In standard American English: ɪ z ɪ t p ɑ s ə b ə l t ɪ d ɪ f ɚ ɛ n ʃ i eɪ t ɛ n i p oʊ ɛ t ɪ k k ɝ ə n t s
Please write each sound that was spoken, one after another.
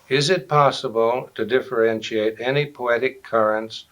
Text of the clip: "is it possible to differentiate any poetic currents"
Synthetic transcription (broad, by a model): ɪ z ɪ t p ɑ s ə b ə l t ɪ d ɪ f ɚ ɛ n ʃ i eɪ t ɛ n i p oʊ ɛ t ɪ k k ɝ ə n t s